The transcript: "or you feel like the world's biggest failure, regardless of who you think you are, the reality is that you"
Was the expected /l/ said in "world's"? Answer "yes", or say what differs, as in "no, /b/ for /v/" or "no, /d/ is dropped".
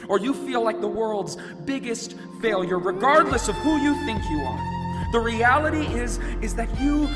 yes